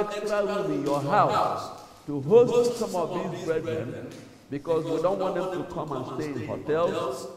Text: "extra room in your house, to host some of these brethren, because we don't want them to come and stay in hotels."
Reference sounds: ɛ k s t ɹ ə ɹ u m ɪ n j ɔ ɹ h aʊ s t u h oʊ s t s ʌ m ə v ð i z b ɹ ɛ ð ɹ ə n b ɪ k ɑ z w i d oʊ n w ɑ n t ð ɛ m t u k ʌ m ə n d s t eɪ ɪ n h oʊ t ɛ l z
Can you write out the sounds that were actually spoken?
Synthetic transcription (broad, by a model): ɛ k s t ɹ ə w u ɪ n j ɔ h aʊ s t u h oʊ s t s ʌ m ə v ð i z b ɹ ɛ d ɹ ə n b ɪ k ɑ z w i d oʊ n w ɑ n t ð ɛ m t u k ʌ m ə n s t eɪ ɪ n h oʊ t ɛ l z